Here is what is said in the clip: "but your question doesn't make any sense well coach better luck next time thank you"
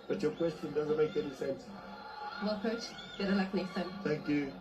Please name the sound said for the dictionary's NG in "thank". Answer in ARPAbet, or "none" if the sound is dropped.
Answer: NG